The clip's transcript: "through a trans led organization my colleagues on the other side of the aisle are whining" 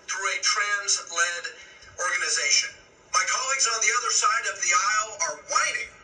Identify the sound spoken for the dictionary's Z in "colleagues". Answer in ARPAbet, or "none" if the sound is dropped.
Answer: Z